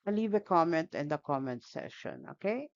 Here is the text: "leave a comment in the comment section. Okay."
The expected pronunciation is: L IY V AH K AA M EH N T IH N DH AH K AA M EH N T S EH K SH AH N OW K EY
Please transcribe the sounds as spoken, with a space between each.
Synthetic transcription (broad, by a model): L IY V AH K AA M EH N T IH N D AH K AA M EH N T S EH SH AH N OW K EY